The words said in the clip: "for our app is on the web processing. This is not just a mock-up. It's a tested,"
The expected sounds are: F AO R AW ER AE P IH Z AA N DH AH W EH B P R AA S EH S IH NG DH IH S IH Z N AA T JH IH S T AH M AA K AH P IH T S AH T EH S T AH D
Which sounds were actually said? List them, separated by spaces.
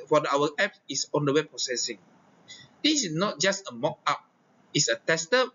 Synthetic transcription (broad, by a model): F AO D AW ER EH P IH S AA N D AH W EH P R AA S EH S IH NG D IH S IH N AA T JH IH S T AH M AA K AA P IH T S AH T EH S T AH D